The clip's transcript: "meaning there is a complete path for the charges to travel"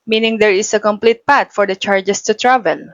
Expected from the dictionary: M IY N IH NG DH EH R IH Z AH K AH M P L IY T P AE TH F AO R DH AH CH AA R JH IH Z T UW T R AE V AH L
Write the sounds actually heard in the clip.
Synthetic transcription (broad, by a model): M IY N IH NG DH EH R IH S AH K AH M P L IY T P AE T F AO R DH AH CH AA R JH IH S T UW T R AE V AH L